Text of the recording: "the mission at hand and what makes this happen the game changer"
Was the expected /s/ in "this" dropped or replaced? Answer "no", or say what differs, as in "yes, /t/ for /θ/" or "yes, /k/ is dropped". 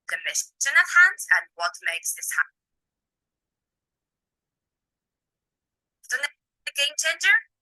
no